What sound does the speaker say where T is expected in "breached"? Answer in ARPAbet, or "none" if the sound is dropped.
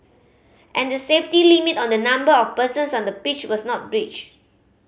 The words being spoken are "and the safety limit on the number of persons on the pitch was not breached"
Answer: none